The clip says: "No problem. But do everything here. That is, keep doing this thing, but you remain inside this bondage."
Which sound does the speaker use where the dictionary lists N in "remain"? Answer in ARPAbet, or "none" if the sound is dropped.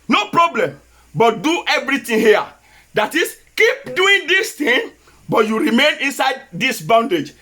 N